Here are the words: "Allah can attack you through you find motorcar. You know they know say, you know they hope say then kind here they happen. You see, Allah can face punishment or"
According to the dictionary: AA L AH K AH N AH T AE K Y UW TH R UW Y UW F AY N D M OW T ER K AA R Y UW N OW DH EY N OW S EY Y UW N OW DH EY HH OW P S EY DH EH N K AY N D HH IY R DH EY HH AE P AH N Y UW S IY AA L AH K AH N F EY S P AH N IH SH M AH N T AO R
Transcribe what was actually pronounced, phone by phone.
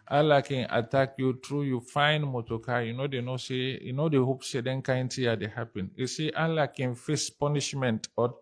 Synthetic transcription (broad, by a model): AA L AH K AH N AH T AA K Y UW T R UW Y UW F AY N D M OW T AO K AA Y UW N OW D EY N OW S EY Y UW N OW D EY HH OW P S EY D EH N K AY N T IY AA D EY HH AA P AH N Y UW S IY AA L AH K AH N F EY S P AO N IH SH M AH N T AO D